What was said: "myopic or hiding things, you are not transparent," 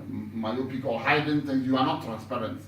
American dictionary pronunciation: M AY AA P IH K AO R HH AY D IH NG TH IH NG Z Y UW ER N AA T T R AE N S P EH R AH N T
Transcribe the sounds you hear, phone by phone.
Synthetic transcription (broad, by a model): M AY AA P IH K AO L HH AY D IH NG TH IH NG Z Y UW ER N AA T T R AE N S P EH R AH N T